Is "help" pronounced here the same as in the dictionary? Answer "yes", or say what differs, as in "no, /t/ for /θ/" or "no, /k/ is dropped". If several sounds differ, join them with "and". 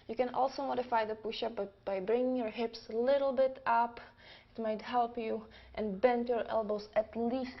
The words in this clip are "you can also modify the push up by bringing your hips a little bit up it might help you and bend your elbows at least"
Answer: yes